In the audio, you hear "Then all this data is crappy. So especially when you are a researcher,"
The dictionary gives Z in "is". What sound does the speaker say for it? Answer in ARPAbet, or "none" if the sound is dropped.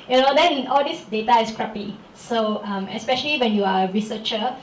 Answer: S